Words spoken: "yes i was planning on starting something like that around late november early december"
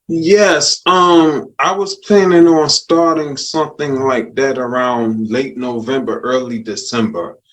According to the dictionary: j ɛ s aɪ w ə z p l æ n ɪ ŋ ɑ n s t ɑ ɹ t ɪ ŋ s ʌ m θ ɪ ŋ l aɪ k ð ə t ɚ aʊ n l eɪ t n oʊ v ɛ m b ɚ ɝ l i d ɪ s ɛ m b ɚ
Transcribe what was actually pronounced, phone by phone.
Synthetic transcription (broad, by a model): j ɛ s aɪ w ə z p l æ n ɪ ŋ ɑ n s t ɑ ɹ t ɪ ŋ s ʌ m θ ɪ ŋ l aɪ k ð ə t ɚ aʊ n l eɪ t n oʊ v ɛ m b ɚ ɝ l i d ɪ s ɛ m b ɚ